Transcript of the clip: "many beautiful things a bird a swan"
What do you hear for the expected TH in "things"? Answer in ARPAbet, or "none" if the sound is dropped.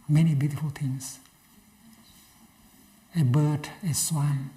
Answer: T